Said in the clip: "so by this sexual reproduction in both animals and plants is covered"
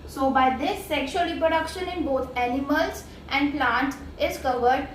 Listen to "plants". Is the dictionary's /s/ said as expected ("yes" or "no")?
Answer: no